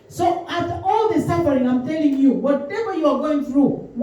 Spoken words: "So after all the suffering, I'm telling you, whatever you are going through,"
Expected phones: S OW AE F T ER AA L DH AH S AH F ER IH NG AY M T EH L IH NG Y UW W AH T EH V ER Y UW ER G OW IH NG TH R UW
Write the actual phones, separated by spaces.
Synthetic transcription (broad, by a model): S OW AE T AA L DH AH S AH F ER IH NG AY M T EH L IH NG Y UW W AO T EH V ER Y UW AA G OW IH NG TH R UW